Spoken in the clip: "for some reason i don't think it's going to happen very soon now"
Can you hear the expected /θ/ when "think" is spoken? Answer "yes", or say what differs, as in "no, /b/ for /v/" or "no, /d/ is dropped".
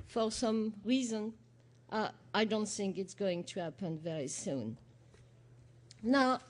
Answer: yes